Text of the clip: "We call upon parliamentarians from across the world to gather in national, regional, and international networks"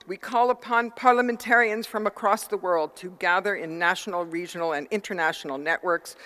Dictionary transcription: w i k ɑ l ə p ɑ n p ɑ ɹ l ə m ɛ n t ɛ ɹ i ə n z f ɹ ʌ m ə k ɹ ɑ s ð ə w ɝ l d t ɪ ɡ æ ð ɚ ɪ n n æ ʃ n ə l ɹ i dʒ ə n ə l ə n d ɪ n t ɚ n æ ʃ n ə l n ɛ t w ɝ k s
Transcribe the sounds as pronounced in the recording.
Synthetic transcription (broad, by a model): w i k ɑ l ə p ɑ n p ɑ ɹ l ə m ɛ n t ɛ ɹ i ə n z f ɹ ʌ m ə k ɹ ɑ s ð ə w ɝ l d t ɪ ɡ æ ð ɚ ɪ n n æ ʃ n l ɹ i dʒ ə n l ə n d ɪ n t ɚ n æ ʃ n l n ɛ t w ɝ k s